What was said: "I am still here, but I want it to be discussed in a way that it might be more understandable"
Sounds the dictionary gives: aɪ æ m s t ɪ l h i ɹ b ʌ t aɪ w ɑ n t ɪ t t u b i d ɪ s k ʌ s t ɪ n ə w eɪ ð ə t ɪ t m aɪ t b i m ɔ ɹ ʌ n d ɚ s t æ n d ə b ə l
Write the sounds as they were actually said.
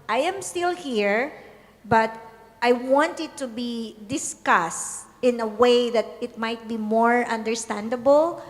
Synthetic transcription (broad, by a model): aɪ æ m s t ɪ l h i ɹ b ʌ t aɪ w ɑ n t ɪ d t u b i d ɪ s k ʌ s t ɪ n ə w eɪ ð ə t ɪ t m aɪ t b i m ɔ ɹ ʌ n d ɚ s t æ n d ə b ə l